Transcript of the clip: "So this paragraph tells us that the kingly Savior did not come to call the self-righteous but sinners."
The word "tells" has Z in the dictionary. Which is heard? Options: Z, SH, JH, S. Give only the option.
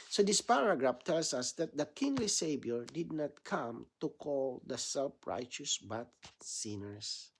S